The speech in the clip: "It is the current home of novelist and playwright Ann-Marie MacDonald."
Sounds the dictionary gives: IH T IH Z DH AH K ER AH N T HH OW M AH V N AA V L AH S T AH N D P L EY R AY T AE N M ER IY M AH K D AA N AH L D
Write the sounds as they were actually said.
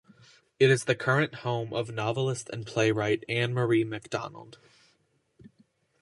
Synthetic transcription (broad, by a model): IH T IH Z DH AH K ER AH N T HH OW M AH V N AA V L AH S T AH N P L EY R AY T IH N M ER IY M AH K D AA N L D